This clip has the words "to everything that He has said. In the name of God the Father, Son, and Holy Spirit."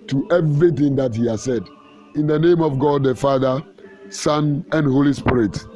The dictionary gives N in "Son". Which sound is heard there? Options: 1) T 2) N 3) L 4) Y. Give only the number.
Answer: 2